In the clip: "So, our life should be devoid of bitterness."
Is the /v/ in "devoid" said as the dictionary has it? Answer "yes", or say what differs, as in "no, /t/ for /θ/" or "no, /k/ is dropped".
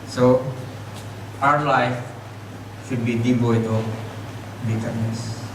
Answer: no, /b/ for /v/